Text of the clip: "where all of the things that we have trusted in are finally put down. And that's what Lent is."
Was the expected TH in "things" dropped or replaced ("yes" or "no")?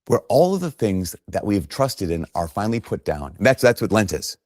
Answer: no